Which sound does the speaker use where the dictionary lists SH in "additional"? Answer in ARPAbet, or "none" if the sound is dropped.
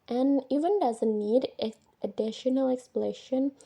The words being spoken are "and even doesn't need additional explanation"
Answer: SH